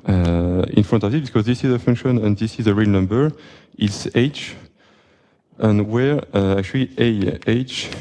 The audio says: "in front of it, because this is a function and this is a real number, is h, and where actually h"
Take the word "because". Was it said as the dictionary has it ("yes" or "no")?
yes